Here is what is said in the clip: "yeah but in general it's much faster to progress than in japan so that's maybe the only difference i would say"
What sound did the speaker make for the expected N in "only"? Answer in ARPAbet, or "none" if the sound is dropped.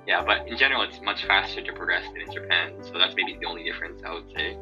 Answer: N